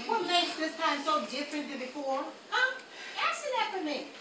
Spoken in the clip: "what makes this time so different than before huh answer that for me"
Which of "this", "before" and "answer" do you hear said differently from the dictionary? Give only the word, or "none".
answer